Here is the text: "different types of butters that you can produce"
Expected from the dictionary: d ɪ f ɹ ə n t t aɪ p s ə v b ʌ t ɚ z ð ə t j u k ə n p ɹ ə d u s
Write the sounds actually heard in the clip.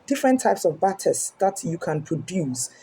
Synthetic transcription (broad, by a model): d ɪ f ɹ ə n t t aɪ p s ə v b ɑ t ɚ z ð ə t j u k ə n p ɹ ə d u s